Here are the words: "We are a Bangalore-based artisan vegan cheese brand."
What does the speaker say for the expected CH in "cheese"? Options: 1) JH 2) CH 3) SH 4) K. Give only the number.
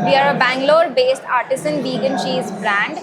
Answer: 3